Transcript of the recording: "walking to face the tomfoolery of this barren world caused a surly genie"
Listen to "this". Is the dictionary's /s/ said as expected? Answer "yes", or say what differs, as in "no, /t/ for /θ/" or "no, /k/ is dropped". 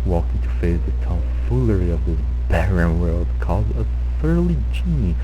no, /s/ is dropped